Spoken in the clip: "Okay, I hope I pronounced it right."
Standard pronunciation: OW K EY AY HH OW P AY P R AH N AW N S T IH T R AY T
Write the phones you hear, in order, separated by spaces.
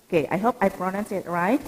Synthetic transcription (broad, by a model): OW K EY AY HH OW P AY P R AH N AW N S IH T R AY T